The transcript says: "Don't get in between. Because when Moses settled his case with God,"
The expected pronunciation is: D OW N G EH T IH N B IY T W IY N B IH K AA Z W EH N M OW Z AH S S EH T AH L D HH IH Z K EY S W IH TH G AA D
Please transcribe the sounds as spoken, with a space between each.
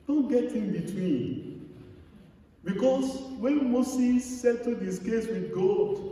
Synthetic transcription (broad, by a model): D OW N G EH T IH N B IY T W IY N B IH K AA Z W EH N M OW S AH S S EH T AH D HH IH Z K EY S W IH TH G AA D